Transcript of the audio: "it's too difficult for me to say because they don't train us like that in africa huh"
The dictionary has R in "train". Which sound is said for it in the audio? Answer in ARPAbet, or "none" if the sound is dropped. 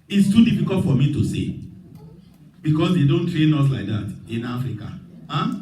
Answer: R